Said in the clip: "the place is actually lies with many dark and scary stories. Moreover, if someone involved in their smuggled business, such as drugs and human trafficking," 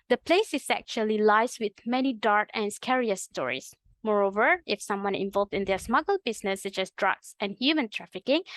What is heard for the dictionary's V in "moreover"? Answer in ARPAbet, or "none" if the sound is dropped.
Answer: V